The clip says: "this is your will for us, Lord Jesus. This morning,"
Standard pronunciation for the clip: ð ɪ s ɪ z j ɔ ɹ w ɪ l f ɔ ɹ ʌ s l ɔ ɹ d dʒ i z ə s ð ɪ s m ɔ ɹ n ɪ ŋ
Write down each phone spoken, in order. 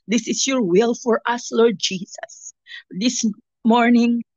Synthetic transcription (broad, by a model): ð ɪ s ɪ s j ɔ ɹ w ɪ l f ɔ ɹ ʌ s l ɔ ɹ d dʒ i s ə s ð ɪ s m ɔ ɹ n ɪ ŋ